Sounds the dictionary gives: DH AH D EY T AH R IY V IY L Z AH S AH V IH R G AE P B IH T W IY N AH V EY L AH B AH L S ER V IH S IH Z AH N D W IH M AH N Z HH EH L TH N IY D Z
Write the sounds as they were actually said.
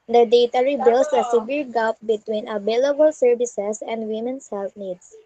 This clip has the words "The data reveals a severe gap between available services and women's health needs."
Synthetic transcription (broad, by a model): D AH D EY T AH R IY B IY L S AH S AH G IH R G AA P B IH T W IY N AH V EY L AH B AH L S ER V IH S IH S AH N D W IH M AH N S HH EH L F N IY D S